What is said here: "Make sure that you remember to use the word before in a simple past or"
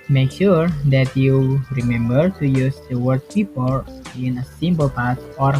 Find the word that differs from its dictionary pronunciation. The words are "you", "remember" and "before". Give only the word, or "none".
before